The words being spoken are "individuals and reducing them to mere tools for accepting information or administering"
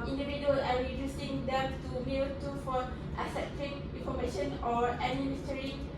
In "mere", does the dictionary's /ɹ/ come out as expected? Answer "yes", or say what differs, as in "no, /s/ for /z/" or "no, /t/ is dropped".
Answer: no, /l/ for /ɹ/